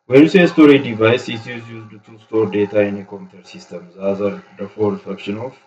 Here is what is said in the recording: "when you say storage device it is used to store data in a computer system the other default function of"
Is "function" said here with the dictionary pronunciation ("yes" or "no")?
no